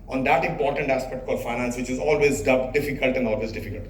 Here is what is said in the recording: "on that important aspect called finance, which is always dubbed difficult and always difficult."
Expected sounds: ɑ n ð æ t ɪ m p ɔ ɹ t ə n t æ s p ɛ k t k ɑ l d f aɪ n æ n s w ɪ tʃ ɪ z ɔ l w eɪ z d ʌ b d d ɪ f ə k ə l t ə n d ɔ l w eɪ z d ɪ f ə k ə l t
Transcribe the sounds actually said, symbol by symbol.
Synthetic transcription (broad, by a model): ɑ n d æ t ɪ m p ɔ ɹ t ə n t æ s p ɛ k t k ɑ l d f aɪ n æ n s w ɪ tʃ ɪ z ɔ l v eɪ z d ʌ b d d ɪ f ə k ə l t ə n d ɔ l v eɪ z d ɪ f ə k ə l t